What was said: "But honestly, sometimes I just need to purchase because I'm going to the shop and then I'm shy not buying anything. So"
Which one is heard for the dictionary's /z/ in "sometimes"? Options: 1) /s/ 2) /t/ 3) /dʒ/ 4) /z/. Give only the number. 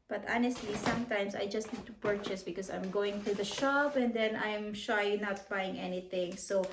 1